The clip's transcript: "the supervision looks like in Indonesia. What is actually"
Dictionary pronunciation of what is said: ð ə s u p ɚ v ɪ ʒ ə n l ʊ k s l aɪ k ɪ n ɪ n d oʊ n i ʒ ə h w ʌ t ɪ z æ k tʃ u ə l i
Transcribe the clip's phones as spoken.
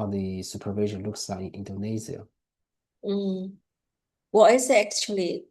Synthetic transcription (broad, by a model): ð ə s u p ɚ v ɪ ʒ ə n l ʊ k s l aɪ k ɪ n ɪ n d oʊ n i z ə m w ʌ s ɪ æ k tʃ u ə l i